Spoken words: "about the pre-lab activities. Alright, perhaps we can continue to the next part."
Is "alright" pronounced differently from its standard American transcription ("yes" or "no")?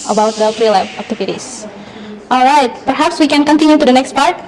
no